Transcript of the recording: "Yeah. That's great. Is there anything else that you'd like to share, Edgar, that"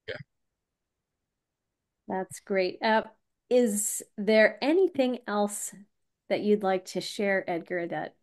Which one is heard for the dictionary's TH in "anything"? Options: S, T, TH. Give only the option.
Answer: TH